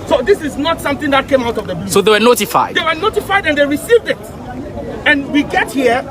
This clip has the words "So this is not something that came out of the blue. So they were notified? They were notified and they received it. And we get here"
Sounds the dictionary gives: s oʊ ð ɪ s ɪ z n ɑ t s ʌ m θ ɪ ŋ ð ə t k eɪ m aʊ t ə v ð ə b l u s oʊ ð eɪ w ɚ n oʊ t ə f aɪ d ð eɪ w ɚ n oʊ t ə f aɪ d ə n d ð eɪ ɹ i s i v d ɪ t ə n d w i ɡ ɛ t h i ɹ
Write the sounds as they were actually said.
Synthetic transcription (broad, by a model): s oʊ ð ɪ s ɪ z n ɑ t s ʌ m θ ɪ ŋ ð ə t k eɪ m aʊ t ə v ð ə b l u s oʊ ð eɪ w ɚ n oʊ t ə f aɪ d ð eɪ w ɚ n oʊ t ə f aɪ d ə n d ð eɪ ɹ i s i v d ɪ t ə n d w i ɡ ɛ t h i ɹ